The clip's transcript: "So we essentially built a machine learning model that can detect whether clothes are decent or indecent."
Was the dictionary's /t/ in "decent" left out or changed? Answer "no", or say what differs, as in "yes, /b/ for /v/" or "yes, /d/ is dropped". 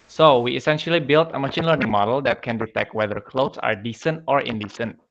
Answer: no